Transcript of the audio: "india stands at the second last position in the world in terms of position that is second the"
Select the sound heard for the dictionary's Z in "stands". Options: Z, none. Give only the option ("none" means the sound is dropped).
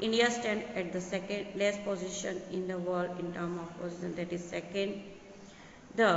none